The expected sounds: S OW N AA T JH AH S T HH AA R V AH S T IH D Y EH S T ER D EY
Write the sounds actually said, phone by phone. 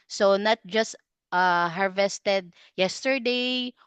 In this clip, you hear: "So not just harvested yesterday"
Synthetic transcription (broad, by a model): S OW N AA T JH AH S T HH AA R V AH S T IH D Y EH S T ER D EY